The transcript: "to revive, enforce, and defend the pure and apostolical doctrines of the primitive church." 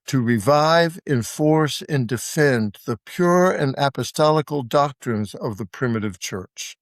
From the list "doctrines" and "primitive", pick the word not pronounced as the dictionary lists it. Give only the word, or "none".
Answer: none